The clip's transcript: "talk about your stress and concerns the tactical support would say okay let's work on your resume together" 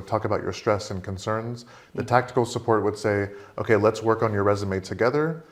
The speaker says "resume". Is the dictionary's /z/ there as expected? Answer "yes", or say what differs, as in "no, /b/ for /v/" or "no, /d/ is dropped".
yes